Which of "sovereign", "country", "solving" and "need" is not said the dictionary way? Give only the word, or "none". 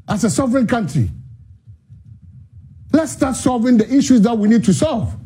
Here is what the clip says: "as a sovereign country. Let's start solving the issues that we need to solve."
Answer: none